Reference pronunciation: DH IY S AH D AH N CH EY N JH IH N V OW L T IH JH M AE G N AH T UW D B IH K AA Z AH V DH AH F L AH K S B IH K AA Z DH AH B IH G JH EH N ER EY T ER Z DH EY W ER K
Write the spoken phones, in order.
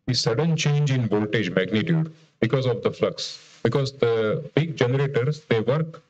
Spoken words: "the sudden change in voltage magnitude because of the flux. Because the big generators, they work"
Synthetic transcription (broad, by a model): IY S AH D AH N CH EY N JH IH N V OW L T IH JH M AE G N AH T UW D B IH K AA Z AH V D AH F L AH K S B IH K AA Z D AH B IH G JH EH N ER EY T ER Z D EY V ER K